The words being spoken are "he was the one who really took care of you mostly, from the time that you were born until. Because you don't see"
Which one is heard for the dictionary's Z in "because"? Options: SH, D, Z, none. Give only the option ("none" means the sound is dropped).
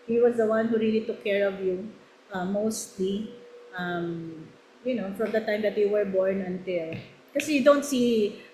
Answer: none